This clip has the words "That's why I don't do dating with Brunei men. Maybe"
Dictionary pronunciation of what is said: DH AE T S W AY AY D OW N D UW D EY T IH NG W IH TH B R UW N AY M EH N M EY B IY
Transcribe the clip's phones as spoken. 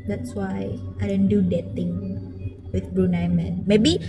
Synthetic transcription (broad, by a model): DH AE T S W AY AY D OW N D UW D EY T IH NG W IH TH B R UW N AY M EH N M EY B IY